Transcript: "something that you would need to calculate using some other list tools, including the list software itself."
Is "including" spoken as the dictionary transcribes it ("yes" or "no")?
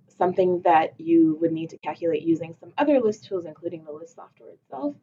yes